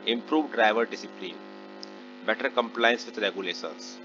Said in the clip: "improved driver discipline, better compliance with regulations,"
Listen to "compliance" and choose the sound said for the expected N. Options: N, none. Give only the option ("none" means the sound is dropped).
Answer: N